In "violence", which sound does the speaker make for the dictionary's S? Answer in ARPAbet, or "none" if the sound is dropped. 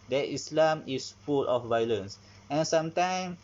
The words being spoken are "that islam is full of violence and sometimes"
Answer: S